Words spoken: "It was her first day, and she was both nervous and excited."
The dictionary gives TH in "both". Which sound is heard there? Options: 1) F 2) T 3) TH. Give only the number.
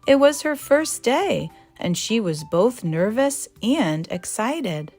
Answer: 3